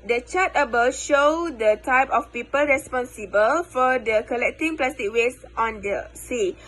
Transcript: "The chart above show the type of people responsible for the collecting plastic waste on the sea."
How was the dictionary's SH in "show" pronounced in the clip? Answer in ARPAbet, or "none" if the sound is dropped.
SH